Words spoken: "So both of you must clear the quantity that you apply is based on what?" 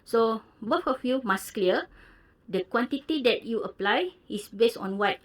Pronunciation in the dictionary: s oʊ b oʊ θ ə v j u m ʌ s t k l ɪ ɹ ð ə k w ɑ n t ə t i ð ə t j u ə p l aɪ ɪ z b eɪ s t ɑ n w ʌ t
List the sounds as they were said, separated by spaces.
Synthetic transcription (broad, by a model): s oʊ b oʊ f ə f j u m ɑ s k l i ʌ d ə k w ɑ n t ə t i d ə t j u ə p l aɪ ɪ s b eɪ s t ɑ n w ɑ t